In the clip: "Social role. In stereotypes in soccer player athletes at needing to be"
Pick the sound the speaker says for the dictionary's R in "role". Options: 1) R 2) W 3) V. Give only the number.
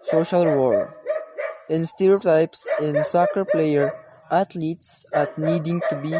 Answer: 2